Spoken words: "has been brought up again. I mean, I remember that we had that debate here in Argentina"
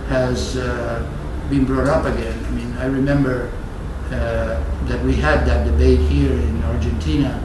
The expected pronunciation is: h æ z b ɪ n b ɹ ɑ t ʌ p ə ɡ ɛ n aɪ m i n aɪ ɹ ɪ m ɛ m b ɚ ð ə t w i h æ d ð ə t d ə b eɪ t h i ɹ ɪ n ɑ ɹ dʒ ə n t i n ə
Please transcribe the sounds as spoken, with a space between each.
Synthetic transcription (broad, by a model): h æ z b ɪ n b ɹ ɑ t ʌ p ə ɡ ɛ n aɪ m i n aɪ ɹ ɪ m ɛ m b ɚ ð ə t w i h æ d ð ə t d ə b eɪ t h i ɹ ɪ n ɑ ɹ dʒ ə n t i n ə